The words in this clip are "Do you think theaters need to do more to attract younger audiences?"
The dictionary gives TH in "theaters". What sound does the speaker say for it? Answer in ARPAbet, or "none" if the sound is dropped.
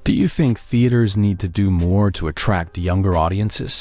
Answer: TH